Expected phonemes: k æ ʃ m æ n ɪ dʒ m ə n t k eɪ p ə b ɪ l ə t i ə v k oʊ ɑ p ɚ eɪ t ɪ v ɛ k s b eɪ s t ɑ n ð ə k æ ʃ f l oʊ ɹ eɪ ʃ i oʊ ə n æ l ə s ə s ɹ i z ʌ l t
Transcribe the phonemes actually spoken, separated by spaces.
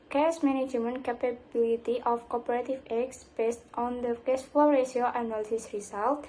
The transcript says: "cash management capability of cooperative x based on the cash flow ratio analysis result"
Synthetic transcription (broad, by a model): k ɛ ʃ m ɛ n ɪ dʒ m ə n k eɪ p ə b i l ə t i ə f k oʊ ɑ p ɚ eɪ t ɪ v ɛ k s b eɪ s t ɑ n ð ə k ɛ s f oʊ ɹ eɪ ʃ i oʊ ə n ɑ l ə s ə s ɹ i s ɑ l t